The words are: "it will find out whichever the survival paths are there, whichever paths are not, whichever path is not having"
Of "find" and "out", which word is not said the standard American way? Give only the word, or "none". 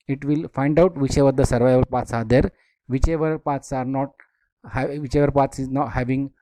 none